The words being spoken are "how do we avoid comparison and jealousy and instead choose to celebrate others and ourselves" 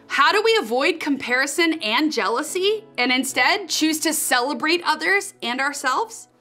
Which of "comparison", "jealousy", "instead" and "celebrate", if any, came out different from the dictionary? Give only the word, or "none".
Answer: none